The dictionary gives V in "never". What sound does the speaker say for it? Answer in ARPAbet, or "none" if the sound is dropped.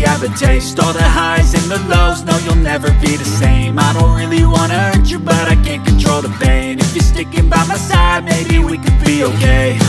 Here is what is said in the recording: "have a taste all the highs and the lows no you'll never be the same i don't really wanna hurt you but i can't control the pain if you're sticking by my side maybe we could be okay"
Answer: V